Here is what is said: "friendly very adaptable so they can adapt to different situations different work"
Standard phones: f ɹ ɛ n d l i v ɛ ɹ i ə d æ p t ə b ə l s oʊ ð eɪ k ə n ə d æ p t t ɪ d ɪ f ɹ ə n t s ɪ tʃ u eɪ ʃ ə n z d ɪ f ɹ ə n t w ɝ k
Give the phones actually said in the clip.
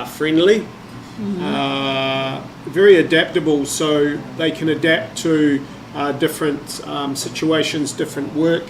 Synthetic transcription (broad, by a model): f ɹ ɛ n d l i v ɛ ɹ i ə d æ p t ə b ə l s oʊ ð eɪ k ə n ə d æ p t t ɪ d ɪ f ɹ ə n t s ɪ tʃ u eɪ ʃ ə n z d ɪ f ɹ ə n t w ɝ k